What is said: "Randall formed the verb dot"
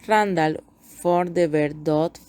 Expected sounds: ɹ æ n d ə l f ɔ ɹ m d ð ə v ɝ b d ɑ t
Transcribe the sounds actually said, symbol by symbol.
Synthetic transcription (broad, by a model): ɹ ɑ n d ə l f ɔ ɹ d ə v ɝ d d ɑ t